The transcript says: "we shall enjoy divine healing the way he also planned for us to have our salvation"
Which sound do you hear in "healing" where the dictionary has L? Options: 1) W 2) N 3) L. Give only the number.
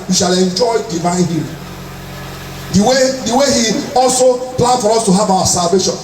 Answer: 1